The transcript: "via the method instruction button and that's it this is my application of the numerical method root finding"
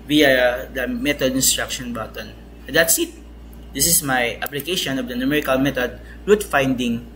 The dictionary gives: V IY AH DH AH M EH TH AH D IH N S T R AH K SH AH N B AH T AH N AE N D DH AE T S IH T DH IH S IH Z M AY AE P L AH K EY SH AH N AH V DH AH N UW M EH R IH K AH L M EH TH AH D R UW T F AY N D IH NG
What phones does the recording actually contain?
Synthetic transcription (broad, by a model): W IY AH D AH M EH T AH D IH N S T R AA K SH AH N B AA T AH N N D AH T S IH T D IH S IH S M AY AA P L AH K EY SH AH N AH V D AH N UW M EH R IH K AH L M EH T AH D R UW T F AY N D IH NG